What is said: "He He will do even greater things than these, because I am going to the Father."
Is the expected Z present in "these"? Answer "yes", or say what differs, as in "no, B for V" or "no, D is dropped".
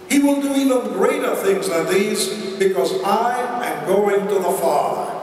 yes